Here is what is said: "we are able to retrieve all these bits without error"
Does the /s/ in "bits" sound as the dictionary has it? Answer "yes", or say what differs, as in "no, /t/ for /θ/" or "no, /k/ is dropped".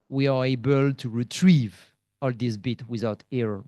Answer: no, /s/ is dropped